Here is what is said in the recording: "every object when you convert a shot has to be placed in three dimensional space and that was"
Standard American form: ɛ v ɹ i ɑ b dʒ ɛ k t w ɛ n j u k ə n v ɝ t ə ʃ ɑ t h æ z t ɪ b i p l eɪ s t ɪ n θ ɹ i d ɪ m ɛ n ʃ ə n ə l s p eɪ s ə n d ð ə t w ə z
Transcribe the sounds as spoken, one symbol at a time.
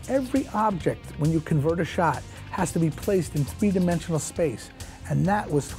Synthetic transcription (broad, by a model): ɛ v ɹ i ɑ b dʒ ɛ k t w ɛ n j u k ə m v ɝ t ə ʃ ɑ t h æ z t ɪ b i p l eɪ s t ɪ n θ ɹ i d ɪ m ɛ n ʃ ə n l s p eɪ s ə n ð ə t w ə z